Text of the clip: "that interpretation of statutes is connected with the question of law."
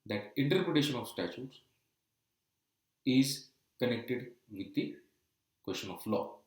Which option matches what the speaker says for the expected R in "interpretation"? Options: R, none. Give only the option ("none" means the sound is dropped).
R